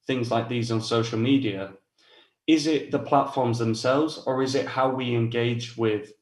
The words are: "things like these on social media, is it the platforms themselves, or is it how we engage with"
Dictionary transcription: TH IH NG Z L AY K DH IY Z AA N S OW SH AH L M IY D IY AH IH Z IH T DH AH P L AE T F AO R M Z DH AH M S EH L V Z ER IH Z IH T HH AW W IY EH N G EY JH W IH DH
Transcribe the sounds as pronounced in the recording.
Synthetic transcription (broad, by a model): TH IH NG Z L AY K DH IY Z N S OW SH AH L M IY D IY AH IH Z IH T DH AH P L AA T F AO R M Z DH AH M S EH L V Z ER IH Z IH T HH AW W IY EH N G EY JH W IH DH